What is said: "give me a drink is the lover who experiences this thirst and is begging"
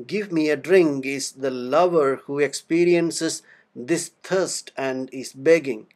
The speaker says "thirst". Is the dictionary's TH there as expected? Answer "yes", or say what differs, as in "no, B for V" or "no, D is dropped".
no, T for TH